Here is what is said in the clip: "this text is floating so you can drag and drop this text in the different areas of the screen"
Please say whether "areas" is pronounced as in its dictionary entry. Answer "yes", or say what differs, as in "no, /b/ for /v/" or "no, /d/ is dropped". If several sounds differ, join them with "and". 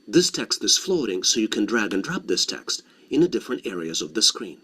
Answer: yes